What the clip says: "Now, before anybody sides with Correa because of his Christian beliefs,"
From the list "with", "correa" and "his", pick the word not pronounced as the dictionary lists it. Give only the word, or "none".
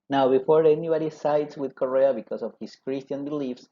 his